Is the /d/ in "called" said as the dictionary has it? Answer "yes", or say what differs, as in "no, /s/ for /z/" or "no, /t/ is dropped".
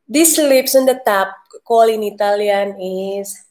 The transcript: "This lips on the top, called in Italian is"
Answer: no, /d/ is dropped